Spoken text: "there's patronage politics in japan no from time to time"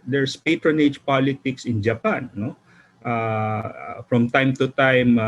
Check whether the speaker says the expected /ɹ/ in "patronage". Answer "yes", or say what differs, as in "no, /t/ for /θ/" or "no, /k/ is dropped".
yes